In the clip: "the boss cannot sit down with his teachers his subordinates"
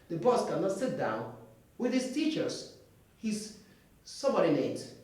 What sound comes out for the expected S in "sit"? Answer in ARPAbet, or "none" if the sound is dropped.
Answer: S